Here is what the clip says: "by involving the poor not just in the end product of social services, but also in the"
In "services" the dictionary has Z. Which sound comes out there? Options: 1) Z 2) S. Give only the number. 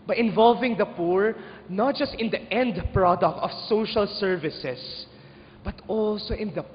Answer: 2